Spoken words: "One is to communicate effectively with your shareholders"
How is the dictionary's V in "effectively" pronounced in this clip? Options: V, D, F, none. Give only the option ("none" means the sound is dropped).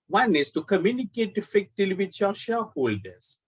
none